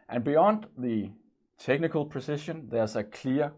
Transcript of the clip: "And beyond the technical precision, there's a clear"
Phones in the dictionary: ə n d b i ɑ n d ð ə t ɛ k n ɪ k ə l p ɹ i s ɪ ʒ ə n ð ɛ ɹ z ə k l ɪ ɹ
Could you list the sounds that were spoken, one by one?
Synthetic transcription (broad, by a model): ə n b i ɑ n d ð ə t ɛ k n ɪ k ə l p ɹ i s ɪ ʃ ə n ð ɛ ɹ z ə k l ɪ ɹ